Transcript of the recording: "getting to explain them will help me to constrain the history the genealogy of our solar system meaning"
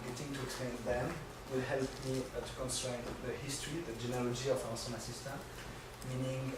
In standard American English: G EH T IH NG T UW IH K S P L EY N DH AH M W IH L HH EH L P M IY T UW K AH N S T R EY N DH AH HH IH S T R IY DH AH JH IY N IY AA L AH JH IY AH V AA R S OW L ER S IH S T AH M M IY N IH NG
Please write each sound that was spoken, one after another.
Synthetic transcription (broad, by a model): G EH T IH NG T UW IH K S P L EY N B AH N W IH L HH EH L P M IY T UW K AH N S T R EY N DH AH HH IH S T R IY DH AH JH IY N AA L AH JH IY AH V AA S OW N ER S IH S T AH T M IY N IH NG